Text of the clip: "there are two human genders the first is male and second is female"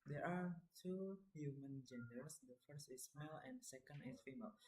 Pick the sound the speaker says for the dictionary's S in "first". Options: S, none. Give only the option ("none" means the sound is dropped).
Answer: S